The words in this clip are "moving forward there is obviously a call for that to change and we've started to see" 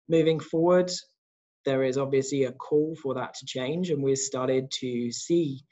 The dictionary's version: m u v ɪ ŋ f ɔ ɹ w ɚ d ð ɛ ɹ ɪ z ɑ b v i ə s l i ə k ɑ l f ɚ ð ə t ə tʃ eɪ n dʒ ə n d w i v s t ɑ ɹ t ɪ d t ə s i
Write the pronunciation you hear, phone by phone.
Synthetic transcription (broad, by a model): m u v ɪ ŋ f ɔ w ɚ d ð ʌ ɹ ɪ z ɑ b v i ə s l i ə k ɑ l f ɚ ð ə t ə tʃ eɪ n dʒ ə n w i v s t ɑ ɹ t ɪ d t ə s i